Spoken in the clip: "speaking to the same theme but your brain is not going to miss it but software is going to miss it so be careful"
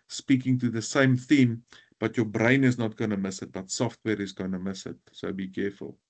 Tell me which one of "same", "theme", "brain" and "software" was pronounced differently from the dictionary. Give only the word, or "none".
none